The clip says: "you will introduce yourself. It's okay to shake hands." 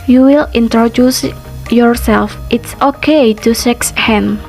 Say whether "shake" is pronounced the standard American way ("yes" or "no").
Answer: no